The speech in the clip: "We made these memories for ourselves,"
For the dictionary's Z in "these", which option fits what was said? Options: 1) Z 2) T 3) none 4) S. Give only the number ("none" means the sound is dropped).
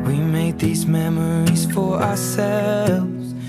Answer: 1